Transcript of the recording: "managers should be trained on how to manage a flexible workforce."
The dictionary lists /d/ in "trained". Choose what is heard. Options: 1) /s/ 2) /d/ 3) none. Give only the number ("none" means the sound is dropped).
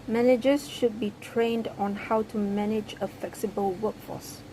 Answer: 2